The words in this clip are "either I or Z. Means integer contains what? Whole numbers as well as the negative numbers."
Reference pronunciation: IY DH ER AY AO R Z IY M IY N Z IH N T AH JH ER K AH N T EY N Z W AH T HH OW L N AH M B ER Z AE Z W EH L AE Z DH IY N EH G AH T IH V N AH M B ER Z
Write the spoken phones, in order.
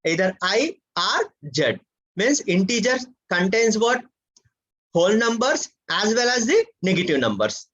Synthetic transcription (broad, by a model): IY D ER AY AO R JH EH M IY N S IH N T AH JH ER K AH N T EY N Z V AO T HH OW L N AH M B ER S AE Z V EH L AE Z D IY N EH G AH T IH V N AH M B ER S